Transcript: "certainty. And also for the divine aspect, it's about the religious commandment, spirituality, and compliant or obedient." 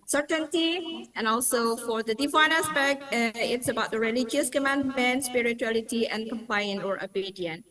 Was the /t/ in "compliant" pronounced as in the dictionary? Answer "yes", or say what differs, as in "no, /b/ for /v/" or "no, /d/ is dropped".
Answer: no, /t/ is dropped